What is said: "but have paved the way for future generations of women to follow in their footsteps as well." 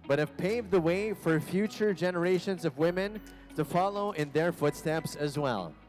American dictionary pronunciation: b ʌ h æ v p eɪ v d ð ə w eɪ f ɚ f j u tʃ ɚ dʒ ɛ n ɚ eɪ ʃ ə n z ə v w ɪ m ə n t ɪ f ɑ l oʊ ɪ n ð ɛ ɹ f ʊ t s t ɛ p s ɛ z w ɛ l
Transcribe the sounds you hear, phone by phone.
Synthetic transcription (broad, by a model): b ʌ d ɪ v p eɪ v ð ə w eɪ f ɚ f j u tʃ ɚ dʒ ɛ n ɚ eɪ ʃ ə n z ə v w ɪ m ə n t ɪ f ɑ l oʊ ɪ n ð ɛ ɹ f ʊ t s t ɛ p s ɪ z w ɛ l